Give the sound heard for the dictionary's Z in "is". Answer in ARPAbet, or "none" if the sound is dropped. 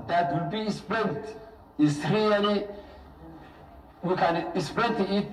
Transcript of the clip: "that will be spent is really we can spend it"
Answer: S